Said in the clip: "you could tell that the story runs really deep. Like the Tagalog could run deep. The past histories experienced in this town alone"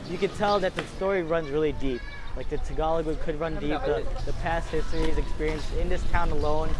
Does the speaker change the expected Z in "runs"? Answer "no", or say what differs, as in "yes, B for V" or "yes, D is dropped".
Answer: no